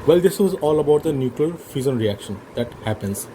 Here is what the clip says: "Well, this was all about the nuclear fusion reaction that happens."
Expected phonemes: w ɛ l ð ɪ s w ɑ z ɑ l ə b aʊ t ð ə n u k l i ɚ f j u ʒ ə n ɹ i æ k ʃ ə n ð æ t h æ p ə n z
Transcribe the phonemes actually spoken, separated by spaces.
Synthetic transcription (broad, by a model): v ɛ l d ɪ s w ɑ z ɑ l ə b aʊ t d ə n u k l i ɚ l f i z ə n ɹ i æ k ʃ ə n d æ t h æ p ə n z